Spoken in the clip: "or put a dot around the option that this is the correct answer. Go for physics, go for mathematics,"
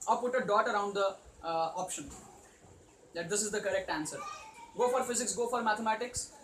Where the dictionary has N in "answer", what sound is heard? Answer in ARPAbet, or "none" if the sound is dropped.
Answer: N